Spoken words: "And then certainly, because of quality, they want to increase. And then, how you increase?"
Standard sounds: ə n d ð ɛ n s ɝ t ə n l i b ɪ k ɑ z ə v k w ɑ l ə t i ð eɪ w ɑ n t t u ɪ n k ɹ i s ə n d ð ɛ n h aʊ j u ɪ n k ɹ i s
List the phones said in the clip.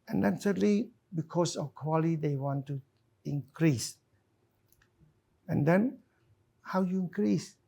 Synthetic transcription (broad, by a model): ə n d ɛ n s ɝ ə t l i b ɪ k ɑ s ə f k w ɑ l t i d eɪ w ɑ n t t u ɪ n k ɹ i s ə n d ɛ n h aʊ j u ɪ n k ɹ i s